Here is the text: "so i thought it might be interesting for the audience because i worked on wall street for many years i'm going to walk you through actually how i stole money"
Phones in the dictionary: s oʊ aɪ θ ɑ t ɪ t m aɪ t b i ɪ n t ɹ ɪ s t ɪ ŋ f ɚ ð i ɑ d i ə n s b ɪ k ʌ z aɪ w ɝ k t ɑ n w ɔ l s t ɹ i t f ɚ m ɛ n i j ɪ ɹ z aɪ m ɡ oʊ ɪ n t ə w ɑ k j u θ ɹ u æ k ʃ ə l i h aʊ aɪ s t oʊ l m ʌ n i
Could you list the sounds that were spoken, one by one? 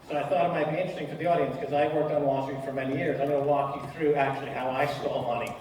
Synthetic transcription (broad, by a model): s oʊ aɪ θ ɑ t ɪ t m aɪ t b i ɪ n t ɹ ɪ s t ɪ ŋ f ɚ ð i ɑ d i ə n s k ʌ z aɪ w ɝ k t n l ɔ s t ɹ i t f ɚ m ɛ n i j ɪ ɹ z aɪ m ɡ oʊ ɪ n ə w ɑ k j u θ ɹ u æ k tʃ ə l i h aʊ aɪ s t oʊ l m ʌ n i